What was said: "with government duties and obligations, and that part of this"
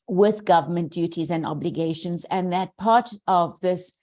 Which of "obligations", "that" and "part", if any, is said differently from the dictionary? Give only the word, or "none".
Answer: none